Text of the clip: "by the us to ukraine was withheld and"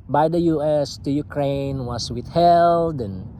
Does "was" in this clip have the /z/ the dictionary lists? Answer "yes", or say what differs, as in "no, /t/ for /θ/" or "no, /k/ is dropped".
no, /s/ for /z/